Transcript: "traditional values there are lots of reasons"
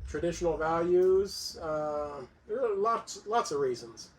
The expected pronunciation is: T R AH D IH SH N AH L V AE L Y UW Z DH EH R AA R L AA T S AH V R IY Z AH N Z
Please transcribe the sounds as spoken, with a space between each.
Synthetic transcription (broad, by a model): T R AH D IH SH N L V AE L Y UW Z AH L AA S L AA T S AH V R IY Z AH N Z